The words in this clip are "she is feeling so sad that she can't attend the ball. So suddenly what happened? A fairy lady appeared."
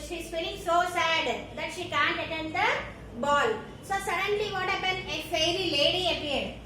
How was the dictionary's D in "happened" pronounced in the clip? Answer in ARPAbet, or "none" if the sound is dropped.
none